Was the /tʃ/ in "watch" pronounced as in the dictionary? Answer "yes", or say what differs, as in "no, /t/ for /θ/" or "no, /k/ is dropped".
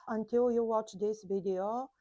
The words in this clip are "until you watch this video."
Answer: yes